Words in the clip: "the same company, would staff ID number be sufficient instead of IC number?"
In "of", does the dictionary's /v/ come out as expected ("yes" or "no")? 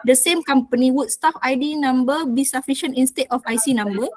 no